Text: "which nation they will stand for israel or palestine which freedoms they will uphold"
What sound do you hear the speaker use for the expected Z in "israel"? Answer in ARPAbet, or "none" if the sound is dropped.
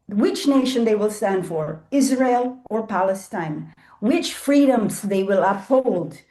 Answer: Z